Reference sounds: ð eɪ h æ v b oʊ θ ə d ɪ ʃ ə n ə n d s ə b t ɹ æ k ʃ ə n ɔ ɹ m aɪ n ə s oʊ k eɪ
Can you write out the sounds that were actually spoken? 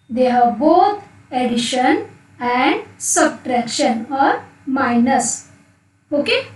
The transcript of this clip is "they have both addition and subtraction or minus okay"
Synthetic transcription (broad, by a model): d eɪ h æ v b oʊ t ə d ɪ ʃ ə n ə n d s ə b t ɹ æ k ʃ ə n ɔ ɹ m aɪ n ə s oʊ k eɪ